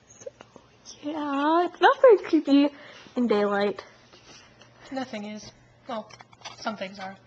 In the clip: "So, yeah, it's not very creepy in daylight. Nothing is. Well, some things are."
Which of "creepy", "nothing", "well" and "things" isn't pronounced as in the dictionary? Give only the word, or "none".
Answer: creepy